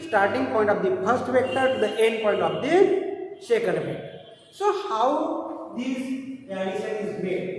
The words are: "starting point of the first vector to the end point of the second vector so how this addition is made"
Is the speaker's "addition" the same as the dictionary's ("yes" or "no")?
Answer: no